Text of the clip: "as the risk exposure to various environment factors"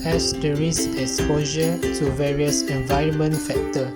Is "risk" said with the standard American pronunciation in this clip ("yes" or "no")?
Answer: no